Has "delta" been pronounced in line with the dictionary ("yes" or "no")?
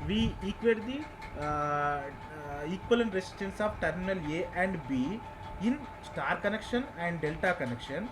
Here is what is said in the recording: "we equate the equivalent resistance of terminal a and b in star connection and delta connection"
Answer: yes